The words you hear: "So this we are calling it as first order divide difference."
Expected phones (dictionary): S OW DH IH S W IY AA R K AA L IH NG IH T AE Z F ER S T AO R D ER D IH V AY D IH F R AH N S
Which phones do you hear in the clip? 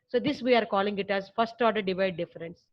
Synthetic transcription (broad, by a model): S OW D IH S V IY AA R K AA L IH NG IH T AE Z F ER S T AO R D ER D IH V AY D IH F R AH N S